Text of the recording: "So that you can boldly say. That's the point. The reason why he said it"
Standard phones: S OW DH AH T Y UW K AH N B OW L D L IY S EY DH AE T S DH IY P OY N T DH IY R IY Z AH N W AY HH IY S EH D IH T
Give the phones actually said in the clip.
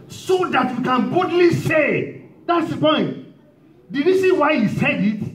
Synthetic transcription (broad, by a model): S OW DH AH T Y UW K AH N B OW D L IY S EY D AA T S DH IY P OY N T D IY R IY S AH W AY HH IY S EH D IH T